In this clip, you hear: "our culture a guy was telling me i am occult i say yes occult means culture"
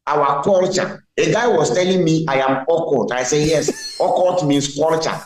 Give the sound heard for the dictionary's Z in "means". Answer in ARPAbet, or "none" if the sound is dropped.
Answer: S